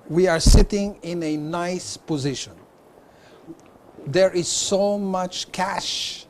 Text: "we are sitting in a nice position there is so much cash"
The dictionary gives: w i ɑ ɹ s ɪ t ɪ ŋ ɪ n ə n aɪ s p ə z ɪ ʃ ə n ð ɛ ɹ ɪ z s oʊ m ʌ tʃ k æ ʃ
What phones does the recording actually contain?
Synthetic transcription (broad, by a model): w i ɑ ɹ s ɪ t ɪ ŋ ɪ n ə n aɪ s p ə z ɪ ʃ ə n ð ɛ ɹ ɪ z s oʊ m ʌ tʃ k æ ʃ